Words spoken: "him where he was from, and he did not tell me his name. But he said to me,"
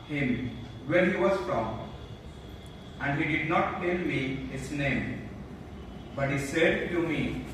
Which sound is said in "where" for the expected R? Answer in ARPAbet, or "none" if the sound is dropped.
L